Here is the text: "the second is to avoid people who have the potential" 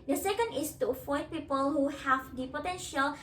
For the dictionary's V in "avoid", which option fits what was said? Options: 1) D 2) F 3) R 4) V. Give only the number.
2